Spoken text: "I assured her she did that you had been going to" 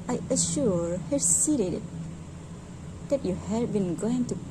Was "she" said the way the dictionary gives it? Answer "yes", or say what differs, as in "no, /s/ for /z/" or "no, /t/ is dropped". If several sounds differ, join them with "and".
no, /s/ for /ʃ/